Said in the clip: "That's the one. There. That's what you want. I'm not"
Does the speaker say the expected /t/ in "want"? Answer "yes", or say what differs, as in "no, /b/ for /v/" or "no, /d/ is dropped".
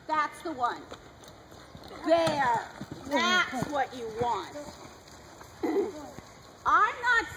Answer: yes